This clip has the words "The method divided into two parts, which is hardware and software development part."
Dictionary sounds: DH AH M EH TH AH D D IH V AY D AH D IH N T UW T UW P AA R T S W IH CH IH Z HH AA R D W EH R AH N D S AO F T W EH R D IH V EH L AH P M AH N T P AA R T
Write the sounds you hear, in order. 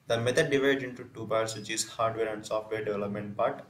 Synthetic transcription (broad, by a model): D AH M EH T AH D D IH V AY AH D IH N T UW T UW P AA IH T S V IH CH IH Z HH AA R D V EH R AH N D S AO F T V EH R D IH V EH L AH P M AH N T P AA R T